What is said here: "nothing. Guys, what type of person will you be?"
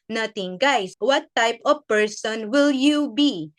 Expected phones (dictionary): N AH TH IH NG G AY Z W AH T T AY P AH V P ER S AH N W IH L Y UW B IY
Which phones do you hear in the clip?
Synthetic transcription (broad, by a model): N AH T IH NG G AY S W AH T T AY P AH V P ER S AH N W IH L Y UW B IY